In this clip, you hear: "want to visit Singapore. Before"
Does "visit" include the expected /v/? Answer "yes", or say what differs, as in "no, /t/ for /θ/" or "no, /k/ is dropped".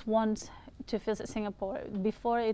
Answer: no, /f/ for /v/